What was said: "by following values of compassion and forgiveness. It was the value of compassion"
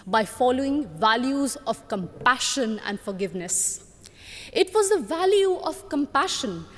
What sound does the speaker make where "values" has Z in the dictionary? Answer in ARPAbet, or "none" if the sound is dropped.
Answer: Z